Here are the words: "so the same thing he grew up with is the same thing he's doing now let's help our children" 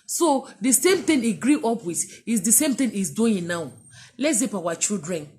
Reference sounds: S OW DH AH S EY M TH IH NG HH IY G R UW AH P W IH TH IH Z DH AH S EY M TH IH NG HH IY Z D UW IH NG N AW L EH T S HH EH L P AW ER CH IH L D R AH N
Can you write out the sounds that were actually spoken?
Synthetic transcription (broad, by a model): S OW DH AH S EY M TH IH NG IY G R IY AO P W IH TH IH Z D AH S EY M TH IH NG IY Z D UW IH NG N AW L EH T S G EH P AW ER CH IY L D R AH N